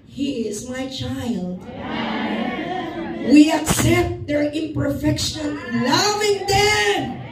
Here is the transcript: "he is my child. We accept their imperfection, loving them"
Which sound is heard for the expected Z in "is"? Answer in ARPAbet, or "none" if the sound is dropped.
Z